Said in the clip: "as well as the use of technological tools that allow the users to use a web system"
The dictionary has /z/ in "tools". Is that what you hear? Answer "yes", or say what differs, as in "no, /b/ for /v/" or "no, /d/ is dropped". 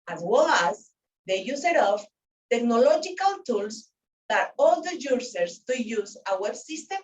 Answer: no, /s/ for /z/